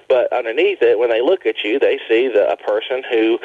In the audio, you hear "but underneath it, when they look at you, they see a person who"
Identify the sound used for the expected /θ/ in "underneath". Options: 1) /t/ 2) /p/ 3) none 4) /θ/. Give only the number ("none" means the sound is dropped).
4